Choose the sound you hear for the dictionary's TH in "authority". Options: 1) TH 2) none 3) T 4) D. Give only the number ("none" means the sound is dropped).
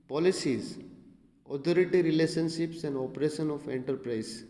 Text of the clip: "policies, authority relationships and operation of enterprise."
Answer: 3